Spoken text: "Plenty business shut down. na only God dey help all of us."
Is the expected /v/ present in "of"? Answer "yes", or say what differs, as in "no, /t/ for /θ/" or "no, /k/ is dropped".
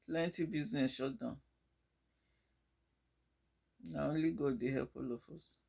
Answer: no, /f/ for /v/